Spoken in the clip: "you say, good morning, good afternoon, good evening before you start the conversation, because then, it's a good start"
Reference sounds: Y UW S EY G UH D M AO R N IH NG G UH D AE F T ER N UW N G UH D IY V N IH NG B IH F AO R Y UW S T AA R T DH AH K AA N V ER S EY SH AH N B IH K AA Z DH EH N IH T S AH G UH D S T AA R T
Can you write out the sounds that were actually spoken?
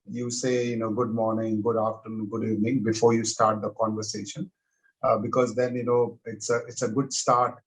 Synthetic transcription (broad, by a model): Y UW S EY G UH D M AO R N IH NG G UH D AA F T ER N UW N G UH D IY V N IH NG B IH F AO R Y UW S T AA R T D AH K AA N V ER S EY SH AH N B IH K AA Z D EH N IH T S AH G UH D S T AA R T